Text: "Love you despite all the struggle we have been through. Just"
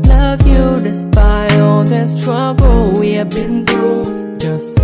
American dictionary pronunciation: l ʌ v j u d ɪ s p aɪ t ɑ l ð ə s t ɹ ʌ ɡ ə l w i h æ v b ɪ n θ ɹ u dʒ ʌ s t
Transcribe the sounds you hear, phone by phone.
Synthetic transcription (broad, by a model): l ʌ v j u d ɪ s b aɪ ɑ l ð ə s t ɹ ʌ ɡ l w i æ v b ɪ n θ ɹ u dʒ ʌ s t